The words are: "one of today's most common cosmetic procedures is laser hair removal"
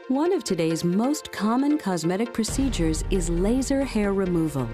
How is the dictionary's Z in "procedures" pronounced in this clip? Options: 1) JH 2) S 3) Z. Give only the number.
3